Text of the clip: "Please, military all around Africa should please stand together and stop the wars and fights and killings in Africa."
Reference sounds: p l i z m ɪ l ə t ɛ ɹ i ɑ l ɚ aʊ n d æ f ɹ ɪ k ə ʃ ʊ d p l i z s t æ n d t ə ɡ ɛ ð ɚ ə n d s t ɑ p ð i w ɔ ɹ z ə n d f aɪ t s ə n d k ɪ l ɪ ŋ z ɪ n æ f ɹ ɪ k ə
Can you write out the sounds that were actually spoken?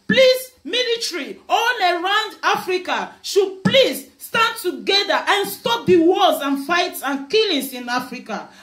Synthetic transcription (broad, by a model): p l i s m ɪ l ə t ɹ i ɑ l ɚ aʊ n d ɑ f ɹ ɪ k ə ʃ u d p l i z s t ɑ n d t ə ɡ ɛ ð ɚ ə n s t ɑ p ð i w ɔ l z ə n f aɪ t s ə n k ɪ l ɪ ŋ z ɪ n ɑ f ɹ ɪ k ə